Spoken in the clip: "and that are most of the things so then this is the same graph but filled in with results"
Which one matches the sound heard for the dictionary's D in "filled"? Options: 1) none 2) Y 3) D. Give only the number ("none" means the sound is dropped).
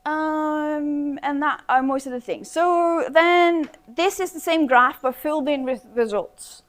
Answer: 3